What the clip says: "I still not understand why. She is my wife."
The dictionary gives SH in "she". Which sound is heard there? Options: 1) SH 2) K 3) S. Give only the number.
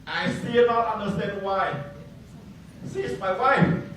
3